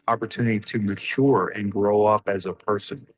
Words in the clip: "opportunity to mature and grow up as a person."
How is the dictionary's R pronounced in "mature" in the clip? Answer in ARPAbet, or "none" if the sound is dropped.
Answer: R